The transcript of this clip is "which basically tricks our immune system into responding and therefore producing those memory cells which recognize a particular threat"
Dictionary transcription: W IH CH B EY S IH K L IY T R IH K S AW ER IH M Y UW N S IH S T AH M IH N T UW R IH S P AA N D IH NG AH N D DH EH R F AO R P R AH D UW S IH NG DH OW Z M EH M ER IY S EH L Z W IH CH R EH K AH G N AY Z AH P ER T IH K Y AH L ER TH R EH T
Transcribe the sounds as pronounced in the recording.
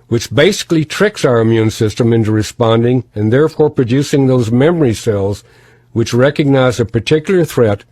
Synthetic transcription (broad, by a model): W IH CH B EY S IH K L IY T R IH K S AW ER IH M Y UW N S IH S T AH M IH N T UW R IH S P AA N D IH NG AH N DH EH R F AO R P R AH D UW S IH NG DH OW Z M EH M ER IY S EH L Z W IH CH R EH K AH G N AY Z AH P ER T IH K Y L ER TH R EH T